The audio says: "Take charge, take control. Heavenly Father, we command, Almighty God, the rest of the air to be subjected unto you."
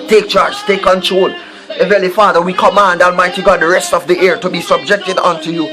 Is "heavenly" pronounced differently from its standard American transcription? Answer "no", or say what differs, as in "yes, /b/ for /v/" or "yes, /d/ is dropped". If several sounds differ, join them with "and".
yes, /n/ is dropped